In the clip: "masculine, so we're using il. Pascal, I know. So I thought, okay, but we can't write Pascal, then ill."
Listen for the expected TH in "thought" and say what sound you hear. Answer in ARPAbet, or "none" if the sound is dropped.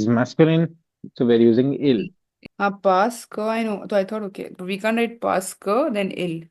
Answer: T